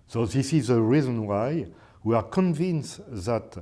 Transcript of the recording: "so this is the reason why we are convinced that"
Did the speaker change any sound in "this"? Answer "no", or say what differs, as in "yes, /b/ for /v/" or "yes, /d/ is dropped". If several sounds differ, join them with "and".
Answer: no